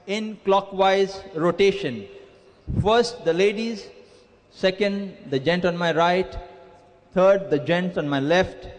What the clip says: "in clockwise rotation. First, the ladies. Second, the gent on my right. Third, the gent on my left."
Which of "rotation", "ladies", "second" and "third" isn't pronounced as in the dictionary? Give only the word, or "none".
third